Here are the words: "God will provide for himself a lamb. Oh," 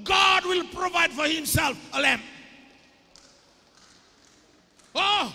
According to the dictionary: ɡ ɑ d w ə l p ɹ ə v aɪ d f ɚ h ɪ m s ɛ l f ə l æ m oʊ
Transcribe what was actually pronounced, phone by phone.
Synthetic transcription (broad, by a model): ɡ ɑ d w ə l p ɹ ə v aɪ d f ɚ h ɪ m s ɛ l f ə l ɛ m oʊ